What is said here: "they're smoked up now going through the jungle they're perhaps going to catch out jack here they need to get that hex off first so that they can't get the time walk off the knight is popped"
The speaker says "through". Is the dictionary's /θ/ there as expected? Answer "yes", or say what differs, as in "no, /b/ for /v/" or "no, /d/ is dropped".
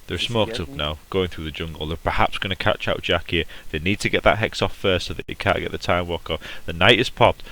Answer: yes